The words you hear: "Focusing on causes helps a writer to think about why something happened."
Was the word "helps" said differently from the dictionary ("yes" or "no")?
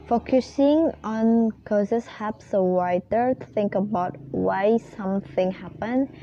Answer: yes